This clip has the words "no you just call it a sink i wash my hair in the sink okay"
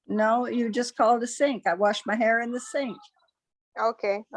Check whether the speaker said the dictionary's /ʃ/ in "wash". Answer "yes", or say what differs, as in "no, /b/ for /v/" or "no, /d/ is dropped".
yes